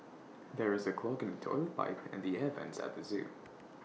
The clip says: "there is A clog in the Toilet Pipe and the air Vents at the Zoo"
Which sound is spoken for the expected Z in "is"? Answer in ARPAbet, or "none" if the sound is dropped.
Z